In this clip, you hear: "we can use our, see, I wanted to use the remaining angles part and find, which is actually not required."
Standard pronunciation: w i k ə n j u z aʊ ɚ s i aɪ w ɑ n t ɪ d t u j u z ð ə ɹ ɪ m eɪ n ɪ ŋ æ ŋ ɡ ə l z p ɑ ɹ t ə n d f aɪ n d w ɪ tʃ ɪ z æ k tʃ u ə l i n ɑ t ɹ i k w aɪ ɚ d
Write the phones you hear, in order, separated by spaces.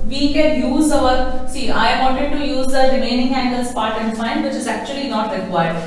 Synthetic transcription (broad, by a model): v i k ə n j u z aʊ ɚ s i aɪ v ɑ n t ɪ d t u j u z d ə ɹ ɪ m eɪ n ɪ ŋ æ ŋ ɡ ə l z p ɑ ɹ t ə n d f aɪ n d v ɪ tʃ ɪ z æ k tʃ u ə l i n ɑ t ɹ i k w aɪ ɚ d